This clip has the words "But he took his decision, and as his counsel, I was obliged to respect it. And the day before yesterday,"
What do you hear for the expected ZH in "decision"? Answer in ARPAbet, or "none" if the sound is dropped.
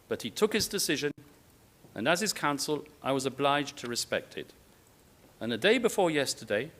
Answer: ZH